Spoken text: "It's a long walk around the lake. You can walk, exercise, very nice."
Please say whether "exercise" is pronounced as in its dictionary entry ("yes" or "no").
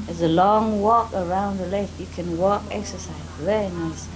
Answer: yes